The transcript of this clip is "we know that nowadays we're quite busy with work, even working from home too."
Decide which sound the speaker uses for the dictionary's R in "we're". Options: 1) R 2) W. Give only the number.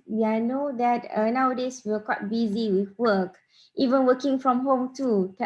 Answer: 2